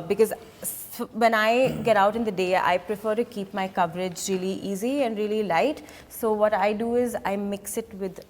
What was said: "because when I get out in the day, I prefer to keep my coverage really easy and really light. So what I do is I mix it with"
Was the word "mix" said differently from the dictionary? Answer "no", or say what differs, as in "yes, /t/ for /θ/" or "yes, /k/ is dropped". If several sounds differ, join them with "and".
no